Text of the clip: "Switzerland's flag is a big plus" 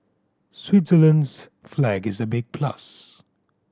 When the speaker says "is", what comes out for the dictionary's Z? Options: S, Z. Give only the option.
Z